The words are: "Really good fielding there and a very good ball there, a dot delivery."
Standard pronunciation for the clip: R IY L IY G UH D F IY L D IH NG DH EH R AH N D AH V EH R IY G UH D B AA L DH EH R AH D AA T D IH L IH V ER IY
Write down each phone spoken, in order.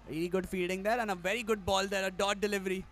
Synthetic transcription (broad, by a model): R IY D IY G UH D F IY D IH NG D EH R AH N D AH V EH R IY G UH D B AA L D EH R AH D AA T D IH L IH V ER IY